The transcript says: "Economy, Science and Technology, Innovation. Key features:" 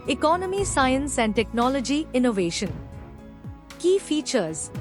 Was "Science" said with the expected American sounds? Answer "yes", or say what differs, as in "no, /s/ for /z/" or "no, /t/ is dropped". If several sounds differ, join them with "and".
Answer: yes